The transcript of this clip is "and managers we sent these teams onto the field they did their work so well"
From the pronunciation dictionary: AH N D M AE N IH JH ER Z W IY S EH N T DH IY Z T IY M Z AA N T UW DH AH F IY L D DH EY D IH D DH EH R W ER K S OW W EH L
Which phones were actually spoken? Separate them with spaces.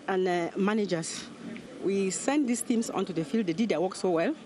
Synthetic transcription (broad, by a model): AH N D M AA N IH JH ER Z W IY S EH N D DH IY S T IY M S AA N T UW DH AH F IY L D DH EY D IH D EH W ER K S OW W EH L